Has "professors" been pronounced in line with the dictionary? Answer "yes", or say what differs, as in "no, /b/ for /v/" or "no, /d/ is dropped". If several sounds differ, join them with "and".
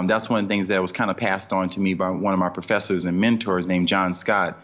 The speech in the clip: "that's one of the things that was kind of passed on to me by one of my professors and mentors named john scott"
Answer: yes